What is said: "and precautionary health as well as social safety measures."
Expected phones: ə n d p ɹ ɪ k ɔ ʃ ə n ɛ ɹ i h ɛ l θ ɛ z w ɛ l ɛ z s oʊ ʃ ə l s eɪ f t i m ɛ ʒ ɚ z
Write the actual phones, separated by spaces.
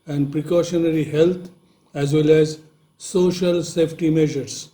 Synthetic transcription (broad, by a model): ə n d p ɹ ɪ k ɔ ʃ ə n ɛ ɹ i h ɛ l t ɛ z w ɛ l ɛ z s oʊ ʃ ə l s eɪ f t i m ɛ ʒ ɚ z